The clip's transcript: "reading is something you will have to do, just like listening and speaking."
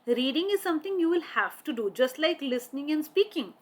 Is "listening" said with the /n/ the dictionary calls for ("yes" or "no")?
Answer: yes